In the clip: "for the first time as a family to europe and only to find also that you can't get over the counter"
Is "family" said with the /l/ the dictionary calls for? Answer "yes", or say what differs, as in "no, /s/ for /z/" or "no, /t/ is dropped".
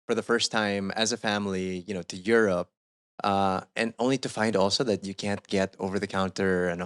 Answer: no, /n/ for /l/